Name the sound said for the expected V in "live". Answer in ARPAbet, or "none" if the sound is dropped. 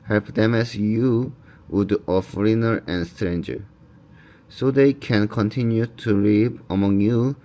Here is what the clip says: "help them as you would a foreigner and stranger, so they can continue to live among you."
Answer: P